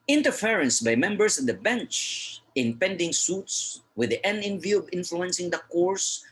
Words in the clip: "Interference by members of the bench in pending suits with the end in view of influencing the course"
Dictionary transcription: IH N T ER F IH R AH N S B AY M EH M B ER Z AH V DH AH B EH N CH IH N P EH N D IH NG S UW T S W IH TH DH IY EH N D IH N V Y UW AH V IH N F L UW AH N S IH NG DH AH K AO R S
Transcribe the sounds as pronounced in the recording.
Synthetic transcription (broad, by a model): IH N T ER F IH R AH N S B AY M EH M B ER S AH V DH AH B EH N CH IH N P EH N D IH NG S UW T S W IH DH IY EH N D IH N V Y UW AH V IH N F L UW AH N S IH NG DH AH K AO R S